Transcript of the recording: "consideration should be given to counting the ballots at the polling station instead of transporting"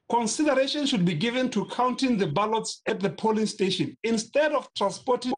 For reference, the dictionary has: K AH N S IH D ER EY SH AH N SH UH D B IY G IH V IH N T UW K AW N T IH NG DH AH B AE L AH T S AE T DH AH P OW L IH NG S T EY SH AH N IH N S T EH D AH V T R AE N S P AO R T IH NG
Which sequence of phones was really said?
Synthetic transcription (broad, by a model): K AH N S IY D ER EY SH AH N SH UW D B IY G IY V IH N T UW K AW N T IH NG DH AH B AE L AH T S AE T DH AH P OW L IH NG S T EY SH AH N IH N S T EH D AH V T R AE N S P AO T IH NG